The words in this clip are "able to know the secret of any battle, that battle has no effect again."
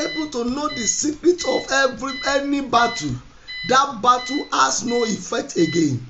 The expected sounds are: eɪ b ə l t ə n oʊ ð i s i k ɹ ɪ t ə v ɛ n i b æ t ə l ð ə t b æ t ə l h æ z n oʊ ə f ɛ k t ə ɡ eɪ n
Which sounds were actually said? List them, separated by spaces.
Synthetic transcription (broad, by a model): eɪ b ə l t ə n oʊ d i s i k ɹ ɪ t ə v ɛ n i b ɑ t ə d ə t b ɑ t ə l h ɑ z n oʊ ə f ɛ k t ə ɡ eɪ n